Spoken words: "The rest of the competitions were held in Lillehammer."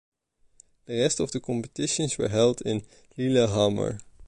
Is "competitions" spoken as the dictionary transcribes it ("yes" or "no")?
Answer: no